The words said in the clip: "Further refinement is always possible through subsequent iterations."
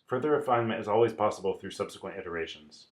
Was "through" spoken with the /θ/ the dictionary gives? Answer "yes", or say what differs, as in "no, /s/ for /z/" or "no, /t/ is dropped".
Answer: yes